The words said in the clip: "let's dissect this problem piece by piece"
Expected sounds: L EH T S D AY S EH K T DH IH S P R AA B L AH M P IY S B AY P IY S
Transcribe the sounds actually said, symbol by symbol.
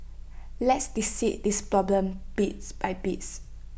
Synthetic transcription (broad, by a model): L EH T S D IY S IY T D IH S P R AA B L AH M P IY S B AY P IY S